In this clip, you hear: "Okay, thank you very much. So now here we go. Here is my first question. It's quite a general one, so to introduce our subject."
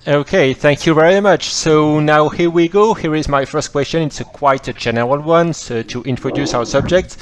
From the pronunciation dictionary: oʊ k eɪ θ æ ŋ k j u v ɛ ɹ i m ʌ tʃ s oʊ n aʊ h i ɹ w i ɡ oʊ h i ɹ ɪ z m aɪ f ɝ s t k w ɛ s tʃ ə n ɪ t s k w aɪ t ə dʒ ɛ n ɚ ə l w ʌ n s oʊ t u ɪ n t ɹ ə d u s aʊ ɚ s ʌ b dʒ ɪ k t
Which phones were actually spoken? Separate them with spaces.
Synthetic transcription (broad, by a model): oʊ k eɪ θ æ ŋ k j u v ɛ ɹ i m ʌ tʃ s oʊ n aʊ h i ɹ w i ɡ oʊ h i ɹ ɪ z m aɪ f ɝ s t k w ɛ s tʃ ə n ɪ t s k w aɪ t ə dʒ ɛ n ɚ ə l w ʌ n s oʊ t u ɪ n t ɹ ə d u s aʊ ɚ s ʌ b dʒ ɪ k t